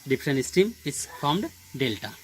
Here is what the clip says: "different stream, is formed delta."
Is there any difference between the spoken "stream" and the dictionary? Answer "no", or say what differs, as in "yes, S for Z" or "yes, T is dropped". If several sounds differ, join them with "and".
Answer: yes, R is dropped